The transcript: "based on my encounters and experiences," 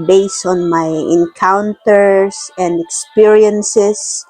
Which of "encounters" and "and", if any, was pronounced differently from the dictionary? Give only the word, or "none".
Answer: encounters